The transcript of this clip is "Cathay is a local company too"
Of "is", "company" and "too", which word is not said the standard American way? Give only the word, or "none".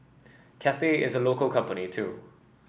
none